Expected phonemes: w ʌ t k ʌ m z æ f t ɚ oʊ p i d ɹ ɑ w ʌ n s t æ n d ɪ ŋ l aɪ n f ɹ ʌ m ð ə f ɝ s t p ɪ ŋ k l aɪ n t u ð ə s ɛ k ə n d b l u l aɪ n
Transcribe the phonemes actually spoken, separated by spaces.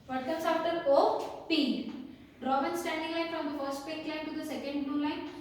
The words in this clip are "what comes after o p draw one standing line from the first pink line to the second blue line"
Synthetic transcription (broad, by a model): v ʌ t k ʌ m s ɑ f t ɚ oʊ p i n ɹ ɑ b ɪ n s t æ n d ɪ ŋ l aɪ n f ɹ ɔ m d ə f ɝ s t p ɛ k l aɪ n t u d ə s ɛ k ə n d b u l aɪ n